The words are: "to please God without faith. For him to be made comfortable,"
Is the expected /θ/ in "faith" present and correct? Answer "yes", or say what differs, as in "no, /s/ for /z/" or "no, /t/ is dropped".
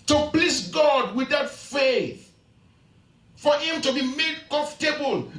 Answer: yes